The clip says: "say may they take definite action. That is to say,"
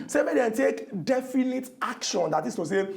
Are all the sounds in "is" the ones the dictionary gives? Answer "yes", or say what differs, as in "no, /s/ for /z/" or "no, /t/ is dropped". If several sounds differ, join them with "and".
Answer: no, /s/ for /z/